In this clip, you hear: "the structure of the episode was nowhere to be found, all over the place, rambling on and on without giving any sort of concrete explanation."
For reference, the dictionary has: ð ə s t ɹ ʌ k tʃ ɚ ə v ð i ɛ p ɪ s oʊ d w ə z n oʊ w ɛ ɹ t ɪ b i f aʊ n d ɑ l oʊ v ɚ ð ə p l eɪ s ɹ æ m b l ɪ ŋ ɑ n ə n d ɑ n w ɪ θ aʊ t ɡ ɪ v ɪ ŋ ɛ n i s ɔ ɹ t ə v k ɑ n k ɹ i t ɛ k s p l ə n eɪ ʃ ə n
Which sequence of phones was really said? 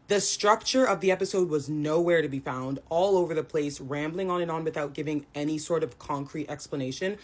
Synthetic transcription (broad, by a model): ð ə s t ɹ ʌ k tʃ ɚ ə v ð i ɛ p ɪ s oʊ d w ə z n oʊ w ɛ ɹ t ɪ b i f aʊ n d ɑ l oʊ v ɚ ð ə p l eɪ s ɹ æ m b l ɪ ŋ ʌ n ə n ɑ n w ɪ θ aʊ t ɡ ɪ v ɪ ŋ ɛ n i s ɔ ɹ t ə v k ɑ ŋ k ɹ i t ɛ k s p l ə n eɪ ʃ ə n